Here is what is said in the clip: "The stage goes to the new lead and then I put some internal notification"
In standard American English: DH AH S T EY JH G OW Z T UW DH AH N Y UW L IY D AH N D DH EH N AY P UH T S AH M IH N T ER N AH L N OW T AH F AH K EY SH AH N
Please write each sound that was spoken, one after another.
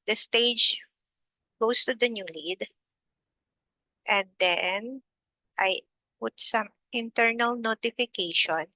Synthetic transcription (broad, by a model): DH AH S T EY JH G OW S T UW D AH N Y UW L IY D AH N D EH N AY P UH T S AH M IH N T ER N AH L N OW T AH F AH K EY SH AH N